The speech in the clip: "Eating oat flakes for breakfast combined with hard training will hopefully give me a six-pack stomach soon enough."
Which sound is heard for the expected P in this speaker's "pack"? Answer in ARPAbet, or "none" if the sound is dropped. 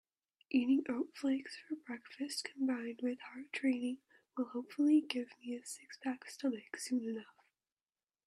B